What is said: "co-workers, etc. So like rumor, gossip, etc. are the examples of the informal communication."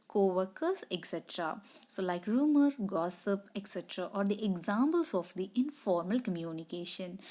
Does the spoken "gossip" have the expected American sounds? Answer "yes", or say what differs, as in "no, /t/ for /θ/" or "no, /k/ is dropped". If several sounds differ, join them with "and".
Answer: yes